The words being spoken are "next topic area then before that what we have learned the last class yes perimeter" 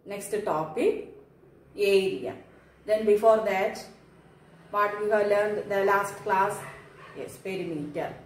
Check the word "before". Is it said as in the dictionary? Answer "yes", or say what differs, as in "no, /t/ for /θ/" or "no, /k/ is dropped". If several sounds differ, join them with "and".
yes